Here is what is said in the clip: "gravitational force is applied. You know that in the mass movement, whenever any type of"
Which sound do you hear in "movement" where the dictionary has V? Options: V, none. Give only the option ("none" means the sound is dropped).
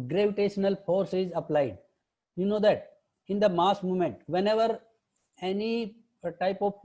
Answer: none